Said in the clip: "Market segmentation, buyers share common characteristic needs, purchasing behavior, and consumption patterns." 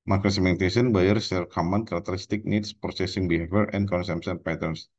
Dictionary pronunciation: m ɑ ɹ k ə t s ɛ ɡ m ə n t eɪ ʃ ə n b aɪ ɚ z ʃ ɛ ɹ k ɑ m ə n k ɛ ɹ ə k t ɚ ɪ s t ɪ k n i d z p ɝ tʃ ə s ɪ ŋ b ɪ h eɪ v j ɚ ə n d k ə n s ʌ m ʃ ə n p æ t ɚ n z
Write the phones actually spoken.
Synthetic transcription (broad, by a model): m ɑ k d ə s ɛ m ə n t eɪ s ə n b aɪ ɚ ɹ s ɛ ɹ k ɑ m ə n k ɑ ɹ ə k t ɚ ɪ s t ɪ k n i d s p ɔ s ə s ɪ ŋ b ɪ h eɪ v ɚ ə n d k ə n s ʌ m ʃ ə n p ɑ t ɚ n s